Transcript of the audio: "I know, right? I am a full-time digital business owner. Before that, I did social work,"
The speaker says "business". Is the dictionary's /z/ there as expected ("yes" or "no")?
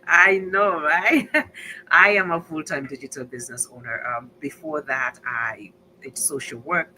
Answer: yes